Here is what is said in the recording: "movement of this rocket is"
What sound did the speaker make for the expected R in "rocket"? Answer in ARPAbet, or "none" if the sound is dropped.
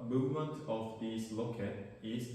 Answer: L